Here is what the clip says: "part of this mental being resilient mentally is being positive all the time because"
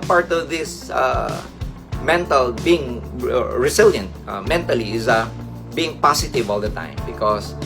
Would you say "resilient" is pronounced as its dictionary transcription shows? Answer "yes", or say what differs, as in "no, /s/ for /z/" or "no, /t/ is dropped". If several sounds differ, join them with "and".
no, /s/ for /z/